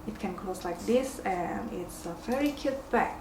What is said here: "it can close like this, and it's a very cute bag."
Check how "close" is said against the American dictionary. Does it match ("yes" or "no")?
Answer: no